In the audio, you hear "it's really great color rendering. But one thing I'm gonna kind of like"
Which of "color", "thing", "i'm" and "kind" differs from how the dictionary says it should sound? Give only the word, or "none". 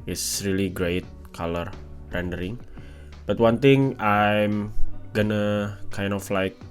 thing